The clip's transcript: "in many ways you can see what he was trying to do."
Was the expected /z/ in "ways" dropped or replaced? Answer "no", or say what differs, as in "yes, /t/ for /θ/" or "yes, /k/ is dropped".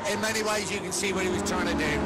no